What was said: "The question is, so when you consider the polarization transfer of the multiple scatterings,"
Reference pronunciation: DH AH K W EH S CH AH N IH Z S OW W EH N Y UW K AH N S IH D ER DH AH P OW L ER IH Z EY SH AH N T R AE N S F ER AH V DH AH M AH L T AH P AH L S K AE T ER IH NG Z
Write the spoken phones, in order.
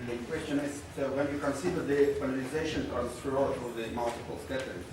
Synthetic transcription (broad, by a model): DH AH K W EH S CH AH N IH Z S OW W EH N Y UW K AH N S IH D ER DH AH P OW N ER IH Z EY SH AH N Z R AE S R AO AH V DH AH M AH L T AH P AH L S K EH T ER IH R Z